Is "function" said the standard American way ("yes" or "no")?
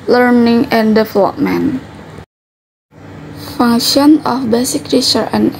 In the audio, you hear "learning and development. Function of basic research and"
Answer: no